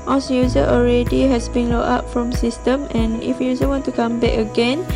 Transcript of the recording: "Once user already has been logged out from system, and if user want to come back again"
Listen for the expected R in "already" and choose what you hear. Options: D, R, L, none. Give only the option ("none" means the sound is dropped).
R